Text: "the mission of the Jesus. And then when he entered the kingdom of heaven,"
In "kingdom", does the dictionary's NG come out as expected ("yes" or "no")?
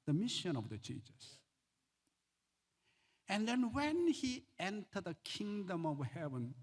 yes